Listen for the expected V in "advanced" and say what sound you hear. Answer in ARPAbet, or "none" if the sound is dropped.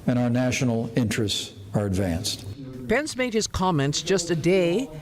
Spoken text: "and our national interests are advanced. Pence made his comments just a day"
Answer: V